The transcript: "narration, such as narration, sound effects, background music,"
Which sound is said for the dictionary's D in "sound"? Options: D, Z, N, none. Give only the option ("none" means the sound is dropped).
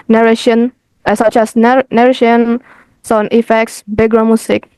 none